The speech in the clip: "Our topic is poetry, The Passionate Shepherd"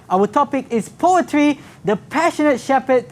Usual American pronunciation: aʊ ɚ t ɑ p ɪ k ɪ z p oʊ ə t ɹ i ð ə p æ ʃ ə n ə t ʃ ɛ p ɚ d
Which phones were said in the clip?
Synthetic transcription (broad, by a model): aʊ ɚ t ɑ p ɪ k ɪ s p oʊ ə t ɹ i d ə p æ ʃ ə n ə t ʃ ɛ p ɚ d